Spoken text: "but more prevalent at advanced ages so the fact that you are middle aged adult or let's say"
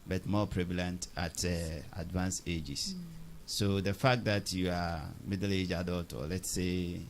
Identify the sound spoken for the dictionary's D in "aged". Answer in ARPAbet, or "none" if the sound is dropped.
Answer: none